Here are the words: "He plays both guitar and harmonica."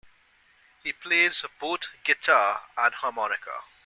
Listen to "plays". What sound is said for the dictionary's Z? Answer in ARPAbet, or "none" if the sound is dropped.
Z